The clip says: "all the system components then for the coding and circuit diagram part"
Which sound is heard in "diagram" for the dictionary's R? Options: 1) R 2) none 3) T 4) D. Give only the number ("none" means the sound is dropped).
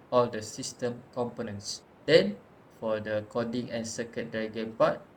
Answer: 2